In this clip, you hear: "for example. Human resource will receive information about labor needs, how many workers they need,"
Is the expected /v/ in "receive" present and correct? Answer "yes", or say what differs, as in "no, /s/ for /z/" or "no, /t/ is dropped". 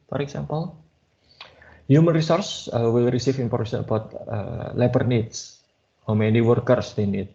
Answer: no, /f/ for /v/